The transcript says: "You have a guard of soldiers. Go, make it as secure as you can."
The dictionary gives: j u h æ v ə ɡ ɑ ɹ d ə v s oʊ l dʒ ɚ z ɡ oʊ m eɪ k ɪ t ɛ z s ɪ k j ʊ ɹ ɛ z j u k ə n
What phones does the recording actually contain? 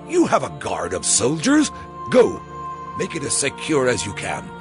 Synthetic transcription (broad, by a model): j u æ v ə ɡ ɑ ɹ d ə v s oʊ l dʒ ɚ z ɡ oʊ m eɪ k ɪ t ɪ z s ɪ k j ʊ ɹ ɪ z j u k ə n